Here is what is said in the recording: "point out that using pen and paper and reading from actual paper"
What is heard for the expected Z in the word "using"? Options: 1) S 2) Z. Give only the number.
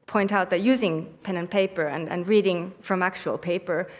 2